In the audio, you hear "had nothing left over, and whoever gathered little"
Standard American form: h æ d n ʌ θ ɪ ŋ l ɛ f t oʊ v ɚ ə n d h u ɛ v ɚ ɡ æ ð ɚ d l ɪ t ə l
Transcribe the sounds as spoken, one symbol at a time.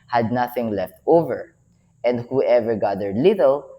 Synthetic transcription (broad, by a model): h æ d n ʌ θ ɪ ŋ l ɛ f t oʊ v ɚ ə n d h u ɛ v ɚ ɡ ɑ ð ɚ l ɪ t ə l